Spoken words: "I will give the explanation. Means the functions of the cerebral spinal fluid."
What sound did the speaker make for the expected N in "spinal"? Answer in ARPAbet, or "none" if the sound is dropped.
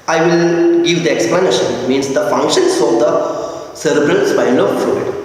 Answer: L